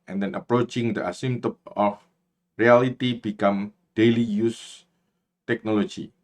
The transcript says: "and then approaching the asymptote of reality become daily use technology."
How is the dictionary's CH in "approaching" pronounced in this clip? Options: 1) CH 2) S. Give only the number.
1